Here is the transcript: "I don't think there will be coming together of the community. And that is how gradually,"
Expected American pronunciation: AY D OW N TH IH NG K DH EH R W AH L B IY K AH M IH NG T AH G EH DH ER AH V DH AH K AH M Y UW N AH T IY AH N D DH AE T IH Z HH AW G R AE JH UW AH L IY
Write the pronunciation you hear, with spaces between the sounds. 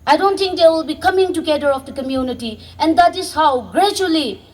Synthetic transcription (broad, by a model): AY D OW N T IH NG K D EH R W AH L B IY K AH M IH NG T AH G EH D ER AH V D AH K AH M Y UW N AH T IY AH N D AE T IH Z HH AW G R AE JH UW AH L IY